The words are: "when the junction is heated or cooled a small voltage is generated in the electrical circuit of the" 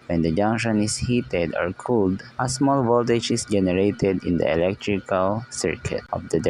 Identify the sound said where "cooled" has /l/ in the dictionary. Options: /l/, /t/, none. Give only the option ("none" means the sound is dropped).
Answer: /l/